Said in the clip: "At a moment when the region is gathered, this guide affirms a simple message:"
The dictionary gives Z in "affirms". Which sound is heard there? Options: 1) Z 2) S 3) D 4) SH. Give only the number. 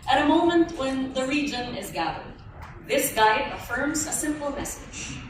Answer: 1